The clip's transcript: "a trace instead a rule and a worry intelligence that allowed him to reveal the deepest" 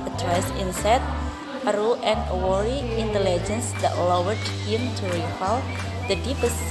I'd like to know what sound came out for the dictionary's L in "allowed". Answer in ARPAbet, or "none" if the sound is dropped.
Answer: W